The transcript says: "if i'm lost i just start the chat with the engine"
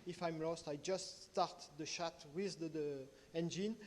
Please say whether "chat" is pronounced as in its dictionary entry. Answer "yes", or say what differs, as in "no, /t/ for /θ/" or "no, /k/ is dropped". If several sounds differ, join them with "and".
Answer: no, /ʃ/ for /tʃ/